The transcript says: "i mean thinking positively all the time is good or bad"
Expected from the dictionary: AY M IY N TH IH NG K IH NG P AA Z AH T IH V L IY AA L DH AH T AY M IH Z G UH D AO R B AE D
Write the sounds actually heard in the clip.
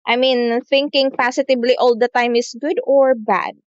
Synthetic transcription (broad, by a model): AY M IY N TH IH NG K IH NG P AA S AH T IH B L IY AA L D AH T AY M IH S G UH D AO R B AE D